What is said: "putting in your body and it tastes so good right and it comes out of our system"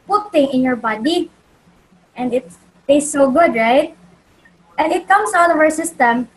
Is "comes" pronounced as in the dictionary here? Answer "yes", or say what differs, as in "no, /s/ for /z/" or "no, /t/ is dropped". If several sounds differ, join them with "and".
no, /s/ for /z/